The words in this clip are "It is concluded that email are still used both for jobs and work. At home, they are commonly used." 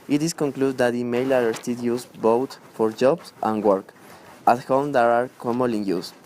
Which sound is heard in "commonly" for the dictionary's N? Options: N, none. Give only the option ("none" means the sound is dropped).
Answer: none